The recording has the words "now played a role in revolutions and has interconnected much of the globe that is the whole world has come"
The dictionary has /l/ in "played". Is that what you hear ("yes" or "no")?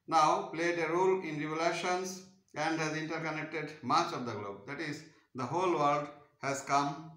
yes